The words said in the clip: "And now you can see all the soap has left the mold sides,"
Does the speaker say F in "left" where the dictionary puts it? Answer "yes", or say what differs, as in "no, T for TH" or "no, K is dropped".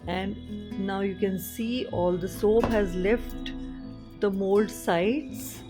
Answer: yes